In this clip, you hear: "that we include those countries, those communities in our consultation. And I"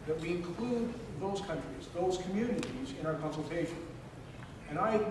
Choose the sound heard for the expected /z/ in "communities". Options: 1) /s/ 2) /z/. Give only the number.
2